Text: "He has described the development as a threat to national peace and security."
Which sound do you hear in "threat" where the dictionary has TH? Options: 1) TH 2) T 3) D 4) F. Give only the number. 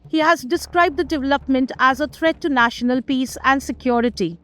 2